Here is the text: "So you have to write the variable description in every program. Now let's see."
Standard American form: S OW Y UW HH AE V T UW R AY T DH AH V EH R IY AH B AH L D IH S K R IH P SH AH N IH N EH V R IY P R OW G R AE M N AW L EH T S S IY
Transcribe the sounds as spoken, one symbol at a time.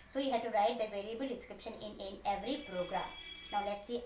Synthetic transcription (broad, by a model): S OW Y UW HH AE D T UW R AY T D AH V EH L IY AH B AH L D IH S K R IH P SH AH N IH N EH V R IY P R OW G R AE M N AW L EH T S S IY